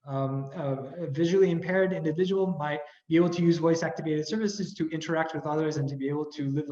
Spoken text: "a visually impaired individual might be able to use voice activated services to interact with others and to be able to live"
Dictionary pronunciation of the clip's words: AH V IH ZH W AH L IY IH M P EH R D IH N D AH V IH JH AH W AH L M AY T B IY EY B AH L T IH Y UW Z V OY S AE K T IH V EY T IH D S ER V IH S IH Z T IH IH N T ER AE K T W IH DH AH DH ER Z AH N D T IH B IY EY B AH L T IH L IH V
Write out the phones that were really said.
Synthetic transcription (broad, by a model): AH V IH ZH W L IY IH M P EH R D IH N D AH V IH JH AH W L M AY T B IY EY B L T IH Y UW Z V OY S AE K T IH V EY T IH D S ER V IH S IH Z T IH IH N T ER AE K T W IH DH AH DH ER Z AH N T IH B IY EY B L T IH L IH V